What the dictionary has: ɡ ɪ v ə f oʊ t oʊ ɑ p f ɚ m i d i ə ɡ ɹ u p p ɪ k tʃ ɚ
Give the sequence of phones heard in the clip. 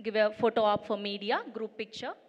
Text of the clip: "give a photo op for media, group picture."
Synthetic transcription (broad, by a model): ɡ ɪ v ə f oʊ t oʊ ɑ p f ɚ m i d i ə ɡ ɹ u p p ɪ k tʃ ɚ